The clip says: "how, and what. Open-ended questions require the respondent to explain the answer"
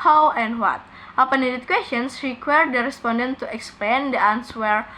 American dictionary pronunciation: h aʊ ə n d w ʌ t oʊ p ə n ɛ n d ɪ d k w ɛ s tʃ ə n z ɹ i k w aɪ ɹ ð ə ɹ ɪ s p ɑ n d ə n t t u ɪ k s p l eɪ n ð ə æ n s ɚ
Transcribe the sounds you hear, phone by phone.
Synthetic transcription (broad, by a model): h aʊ ə n d w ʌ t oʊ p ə n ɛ d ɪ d k w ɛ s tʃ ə n s ɹ i k w aɪ ɹ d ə ɹ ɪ s p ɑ n d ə n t t u ɪ k s p l eɪ n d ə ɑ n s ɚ